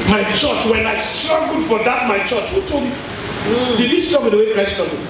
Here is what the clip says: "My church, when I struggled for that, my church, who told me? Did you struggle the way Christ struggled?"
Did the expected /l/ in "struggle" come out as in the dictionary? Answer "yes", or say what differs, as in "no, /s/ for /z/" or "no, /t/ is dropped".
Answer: no, /n/ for /l/